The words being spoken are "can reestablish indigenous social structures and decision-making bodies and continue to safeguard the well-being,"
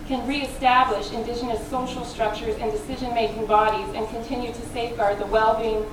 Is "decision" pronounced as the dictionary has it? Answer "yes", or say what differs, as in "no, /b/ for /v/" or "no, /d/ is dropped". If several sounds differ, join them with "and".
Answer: yes